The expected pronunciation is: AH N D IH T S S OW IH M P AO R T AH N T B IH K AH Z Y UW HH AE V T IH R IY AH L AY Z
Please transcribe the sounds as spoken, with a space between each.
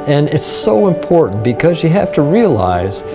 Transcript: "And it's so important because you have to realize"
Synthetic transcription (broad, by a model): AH N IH T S S OW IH M P AO R T N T B IH K AH Z Y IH HH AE F T IH R IY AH L AY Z